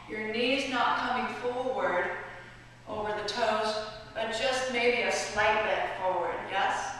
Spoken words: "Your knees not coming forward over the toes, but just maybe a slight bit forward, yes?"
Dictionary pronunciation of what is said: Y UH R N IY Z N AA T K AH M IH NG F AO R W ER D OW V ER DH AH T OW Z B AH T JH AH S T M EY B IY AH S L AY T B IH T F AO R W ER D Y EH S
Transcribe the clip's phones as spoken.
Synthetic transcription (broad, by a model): Y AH R N IY Z N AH T K AH M IH NG F AO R W ER D OW V ER DH AH T OW Z B AH T JH AH S T M EY B IY AH S L AY T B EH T F AO R W ER D Y EH S